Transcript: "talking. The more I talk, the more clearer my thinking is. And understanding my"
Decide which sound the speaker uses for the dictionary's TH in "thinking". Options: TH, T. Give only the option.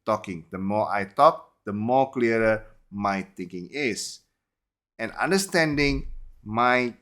T